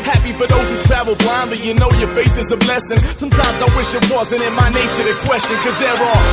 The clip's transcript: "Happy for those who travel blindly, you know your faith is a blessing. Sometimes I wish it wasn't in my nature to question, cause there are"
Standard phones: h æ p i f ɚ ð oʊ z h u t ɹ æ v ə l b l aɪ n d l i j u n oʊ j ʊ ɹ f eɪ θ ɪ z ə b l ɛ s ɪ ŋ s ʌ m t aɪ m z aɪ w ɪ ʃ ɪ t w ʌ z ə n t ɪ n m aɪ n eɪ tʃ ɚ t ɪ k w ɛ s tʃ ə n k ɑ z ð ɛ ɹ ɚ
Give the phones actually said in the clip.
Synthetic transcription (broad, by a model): h æ p i f ɚ ð oʊ z h u t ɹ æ v l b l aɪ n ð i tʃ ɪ n oʊ j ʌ ɹ f eɪ θ ɪ z ə b l ɛ s ɪ ŋ s ʌ m t aɪ m z aɪ w ɪ ʃ ɪ t w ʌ z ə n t ɪ n m aɪ n eɪ tʃ ɚ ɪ k w ɛ s tʃ ə n k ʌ z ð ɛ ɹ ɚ